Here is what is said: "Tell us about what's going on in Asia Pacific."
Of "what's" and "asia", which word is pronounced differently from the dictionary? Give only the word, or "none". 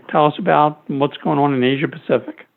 none